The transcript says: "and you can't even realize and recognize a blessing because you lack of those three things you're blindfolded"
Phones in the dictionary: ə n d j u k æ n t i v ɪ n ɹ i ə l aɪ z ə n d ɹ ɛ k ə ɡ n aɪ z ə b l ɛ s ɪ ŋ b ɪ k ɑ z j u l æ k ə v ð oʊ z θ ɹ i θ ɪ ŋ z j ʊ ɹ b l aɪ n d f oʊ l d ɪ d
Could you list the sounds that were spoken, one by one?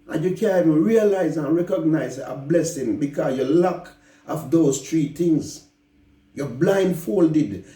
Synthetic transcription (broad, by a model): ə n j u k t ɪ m ɹ i ə l aɪ z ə n ɹ ɛ k ə ɡ n aɪ z ə b l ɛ s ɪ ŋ b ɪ k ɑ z j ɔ l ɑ k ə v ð oʊ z t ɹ i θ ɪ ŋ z j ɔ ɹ b l aɪ n d f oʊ l d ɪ d